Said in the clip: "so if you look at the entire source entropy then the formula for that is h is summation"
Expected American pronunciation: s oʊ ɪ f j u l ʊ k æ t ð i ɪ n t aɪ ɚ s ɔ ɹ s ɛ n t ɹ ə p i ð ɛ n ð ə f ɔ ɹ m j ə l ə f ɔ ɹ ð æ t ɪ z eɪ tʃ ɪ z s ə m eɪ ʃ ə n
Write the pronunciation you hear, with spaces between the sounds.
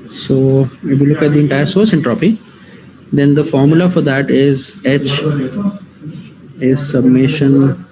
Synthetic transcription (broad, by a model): s oʊ ɪ f j u l ʊ k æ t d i ɪ n t aɪ ɚ s ɔ ɹ s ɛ n t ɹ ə p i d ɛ n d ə f ɔ ɹ m j ə l ə f ɔ ɹ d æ t ɪ z eɪ tʃ ɪ z s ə m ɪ ʃ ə n